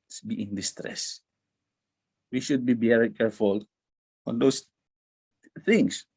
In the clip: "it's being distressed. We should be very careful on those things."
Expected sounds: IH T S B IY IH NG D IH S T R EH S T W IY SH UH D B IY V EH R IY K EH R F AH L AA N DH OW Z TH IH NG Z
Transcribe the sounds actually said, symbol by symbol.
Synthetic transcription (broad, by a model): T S B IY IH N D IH S T R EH S W IY SH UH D B IY B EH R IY K EH R F AH L AA N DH OW S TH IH NG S